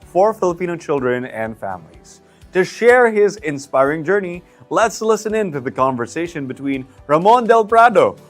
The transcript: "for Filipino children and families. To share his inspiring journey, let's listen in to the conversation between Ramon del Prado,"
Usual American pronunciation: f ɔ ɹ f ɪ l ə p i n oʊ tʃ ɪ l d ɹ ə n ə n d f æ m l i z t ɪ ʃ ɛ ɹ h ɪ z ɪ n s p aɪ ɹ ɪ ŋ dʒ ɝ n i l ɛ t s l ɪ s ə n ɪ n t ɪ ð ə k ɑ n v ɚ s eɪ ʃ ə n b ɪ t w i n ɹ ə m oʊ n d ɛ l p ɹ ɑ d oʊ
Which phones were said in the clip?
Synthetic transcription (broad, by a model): f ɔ ɹ f ɪ l ə p i n oʊ tʃ ɪ l d ɹ ə n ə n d f æ m l i z t ɪ ʃ ɛ ɹ h ɪ z ɪ n s p aɪ ɹ ɪ ŋ dʒ ɝ n i l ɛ t s l ɪ s ə n ɪ n t ɪ ð ə k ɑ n v ɚ s eɪ ʃ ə n b ɪ t w i n ɹ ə m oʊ n d ɛ l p ɹ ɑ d oʊ